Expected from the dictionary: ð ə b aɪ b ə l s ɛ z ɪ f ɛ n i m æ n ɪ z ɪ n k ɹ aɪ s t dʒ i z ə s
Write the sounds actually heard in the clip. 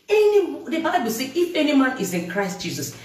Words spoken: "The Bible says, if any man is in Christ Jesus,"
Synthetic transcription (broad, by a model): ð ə b aɪ b ə l s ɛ ɪ f ɛ n i m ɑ n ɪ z ɪ n k ɹ aɪ s t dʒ i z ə s